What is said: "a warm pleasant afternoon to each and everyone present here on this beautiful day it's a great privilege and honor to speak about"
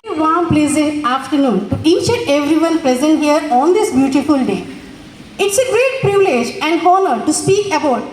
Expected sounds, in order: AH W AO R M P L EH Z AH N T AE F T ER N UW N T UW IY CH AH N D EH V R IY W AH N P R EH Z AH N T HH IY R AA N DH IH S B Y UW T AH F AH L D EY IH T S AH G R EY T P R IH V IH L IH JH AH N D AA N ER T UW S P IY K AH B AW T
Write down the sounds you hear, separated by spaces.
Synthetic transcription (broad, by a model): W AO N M P L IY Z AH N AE F T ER N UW N T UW IY CH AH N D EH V R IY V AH N P R EH Z AH N T HH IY R AA N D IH S B Y UW T AH F AH L D EY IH T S AH G R EY T P R IH V IH L IH JH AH N D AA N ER T UW S P IY K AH B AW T